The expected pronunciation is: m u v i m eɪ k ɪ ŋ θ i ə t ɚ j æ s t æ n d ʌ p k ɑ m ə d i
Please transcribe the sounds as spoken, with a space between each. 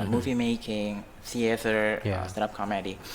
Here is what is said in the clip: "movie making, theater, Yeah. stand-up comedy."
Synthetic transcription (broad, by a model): m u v i m eɪ k ɪ ŋ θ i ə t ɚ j s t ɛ d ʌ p k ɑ m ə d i